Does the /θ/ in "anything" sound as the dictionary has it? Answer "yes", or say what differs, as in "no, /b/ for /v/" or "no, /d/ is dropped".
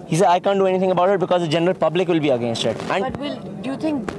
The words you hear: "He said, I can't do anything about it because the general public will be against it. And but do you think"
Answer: no, /t/ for /θ/